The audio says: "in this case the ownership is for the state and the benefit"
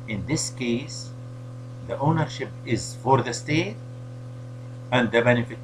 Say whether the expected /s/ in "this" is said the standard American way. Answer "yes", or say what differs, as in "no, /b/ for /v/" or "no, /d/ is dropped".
yes